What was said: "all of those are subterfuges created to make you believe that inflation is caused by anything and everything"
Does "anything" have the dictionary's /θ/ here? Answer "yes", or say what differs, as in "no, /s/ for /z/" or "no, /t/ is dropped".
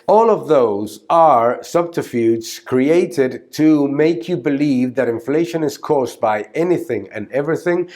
yes